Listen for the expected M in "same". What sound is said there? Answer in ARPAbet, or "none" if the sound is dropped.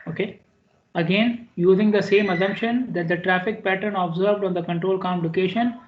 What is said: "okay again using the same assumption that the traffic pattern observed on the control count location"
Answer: M